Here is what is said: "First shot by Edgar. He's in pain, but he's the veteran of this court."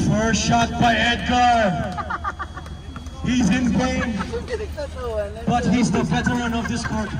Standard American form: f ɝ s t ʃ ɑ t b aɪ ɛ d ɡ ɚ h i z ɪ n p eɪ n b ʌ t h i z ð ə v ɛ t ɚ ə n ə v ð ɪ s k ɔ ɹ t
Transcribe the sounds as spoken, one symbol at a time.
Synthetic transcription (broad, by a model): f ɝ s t ʃ ɑ t b aɪ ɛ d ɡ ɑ h i z ɪ n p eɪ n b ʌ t h i z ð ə p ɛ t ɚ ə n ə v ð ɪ s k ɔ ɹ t